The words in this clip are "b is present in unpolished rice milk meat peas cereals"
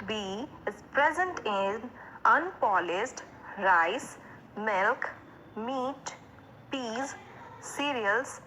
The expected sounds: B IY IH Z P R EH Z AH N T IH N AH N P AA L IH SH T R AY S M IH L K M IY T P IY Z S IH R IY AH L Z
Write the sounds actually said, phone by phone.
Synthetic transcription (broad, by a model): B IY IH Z P R EH Z AH N T IH N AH N P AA L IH S T R AY S M IH L K M IY T P IY Z S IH R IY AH L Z